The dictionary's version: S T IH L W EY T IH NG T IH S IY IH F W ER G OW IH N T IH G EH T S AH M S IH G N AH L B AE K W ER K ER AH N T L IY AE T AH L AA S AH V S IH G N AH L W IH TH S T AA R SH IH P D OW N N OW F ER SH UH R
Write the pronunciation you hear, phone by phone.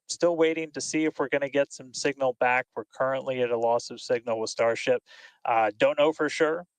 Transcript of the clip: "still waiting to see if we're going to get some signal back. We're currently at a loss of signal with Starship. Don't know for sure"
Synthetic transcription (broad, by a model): S T IH L W EY T IH NG T IH S IY IH F W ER G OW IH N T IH G EH T S AH M S IH G N L B AE K W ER K ER AH N T L IY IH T AH L AA S AH V S IH G N L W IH S T AA R SH IH P D OW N N OW F ER SH UH R